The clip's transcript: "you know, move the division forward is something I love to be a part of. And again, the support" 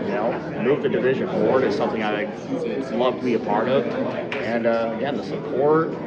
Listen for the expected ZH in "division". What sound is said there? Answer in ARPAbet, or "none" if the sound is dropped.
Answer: ZH